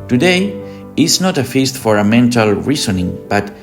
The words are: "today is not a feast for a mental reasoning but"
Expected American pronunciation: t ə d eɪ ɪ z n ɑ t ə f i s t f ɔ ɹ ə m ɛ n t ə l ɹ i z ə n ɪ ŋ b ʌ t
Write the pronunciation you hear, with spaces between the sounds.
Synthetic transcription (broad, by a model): t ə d eɪ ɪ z n ɑ t ə f i s t f ɔ ɹ ə m ɛ n t ə l ɹ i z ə n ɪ ŋ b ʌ t